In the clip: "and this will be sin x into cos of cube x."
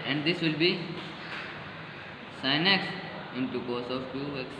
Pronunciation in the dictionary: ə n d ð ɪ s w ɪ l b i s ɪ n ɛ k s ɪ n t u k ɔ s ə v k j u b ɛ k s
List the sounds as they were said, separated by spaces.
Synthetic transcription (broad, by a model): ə n d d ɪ s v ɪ l b i s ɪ n ɛ k s ɪ n t u k ɔ s ə v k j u ɛ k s